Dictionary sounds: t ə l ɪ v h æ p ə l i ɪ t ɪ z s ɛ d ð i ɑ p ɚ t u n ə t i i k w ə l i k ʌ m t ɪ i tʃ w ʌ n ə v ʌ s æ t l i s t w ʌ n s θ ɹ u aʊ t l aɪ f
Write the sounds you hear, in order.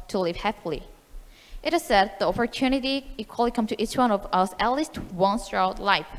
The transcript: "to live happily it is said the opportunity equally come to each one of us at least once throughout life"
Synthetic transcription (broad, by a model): t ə l ɪ v h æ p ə l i ɪ t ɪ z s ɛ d ð i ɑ p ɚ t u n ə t i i k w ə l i k ʌ m t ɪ i tʃ w ʌ n ə v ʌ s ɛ l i s t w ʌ n s t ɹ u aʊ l l aɪ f